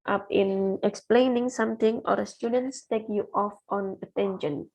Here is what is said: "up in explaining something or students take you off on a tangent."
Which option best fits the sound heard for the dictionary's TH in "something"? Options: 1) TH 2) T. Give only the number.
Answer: 2